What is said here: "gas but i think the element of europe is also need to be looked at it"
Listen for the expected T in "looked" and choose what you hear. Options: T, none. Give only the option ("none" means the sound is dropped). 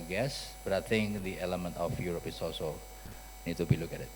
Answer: none